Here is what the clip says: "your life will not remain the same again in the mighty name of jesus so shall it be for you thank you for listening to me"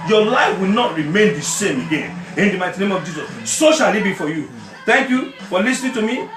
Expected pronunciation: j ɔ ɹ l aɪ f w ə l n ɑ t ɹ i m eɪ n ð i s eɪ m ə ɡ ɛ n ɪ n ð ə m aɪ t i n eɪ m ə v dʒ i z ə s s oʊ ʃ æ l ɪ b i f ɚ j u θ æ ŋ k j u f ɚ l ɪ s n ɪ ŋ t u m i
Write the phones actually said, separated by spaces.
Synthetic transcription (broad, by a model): j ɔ l aɪ f w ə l n ɑ t ɹ i m eɪ n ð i s eɪ m ə ɡ ɛ n ɪ n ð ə m aɪ t i n eɪ m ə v dʒ i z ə s s oʊ ʃ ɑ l ɪ b i f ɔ j u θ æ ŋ k j u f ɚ l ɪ s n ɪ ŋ t u m i